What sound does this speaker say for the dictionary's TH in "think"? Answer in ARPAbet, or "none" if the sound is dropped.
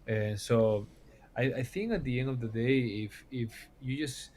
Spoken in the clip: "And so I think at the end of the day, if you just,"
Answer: TH